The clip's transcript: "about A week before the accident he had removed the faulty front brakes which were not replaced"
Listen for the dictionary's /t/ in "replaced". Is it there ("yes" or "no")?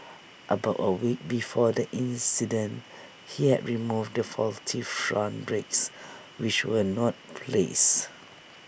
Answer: no